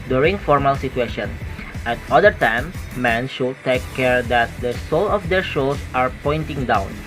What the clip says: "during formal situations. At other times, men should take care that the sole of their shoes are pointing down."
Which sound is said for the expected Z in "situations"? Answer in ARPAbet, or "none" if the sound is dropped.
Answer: none